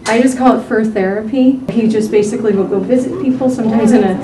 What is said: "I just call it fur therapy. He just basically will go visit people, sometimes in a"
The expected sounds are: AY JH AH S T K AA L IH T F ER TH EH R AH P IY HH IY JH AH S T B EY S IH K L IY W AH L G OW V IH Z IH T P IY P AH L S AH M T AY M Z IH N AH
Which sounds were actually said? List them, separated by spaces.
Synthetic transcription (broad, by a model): AY JH AH S K AA L IH T F ER TH EH R AH P IY HH IY JH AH S B EY S IH K L IY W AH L G OW V IH Z IH T P IY P L S AH M T AY M Z IH N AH